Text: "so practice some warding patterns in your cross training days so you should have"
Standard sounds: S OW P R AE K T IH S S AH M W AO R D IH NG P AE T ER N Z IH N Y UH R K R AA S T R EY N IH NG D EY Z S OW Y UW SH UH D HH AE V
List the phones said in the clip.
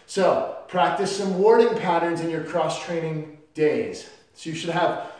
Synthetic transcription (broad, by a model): S OW P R AE K T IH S S AH M W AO R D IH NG P AE T ER N Z IH N Y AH R K R AA S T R EY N IH NG D EY Z S OW Y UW SH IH D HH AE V